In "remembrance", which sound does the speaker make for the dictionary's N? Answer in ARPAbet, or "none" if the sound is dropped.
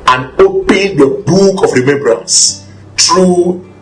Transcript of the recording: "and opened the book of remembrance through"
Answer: N